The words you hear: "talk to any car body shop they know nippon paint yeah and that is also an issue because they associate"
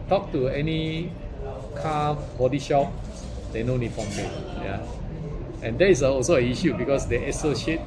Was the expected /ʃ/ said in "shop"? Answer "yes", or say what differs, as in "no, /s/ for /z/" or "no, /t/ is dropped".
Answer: yes